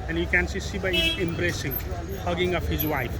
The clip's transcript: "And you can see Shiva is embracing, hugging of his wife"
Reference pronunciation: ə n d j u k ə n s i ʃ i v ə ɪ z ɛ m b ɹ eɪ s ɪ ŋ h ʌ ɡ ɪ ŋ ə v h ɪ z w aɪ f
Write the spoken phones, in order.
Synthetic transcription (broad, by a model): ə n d j u k ə n s i s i b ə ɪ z ɛ m b ɹ eɪ s ɪ ŋ h ʌ ɡ ɪ ŋ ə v h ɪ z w aɪ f